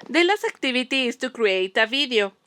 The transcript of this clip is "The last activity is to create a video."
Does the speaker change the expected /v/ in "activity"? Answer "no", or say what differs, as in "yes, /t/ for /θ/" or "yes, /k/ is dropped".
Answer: yes, /b/ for /v/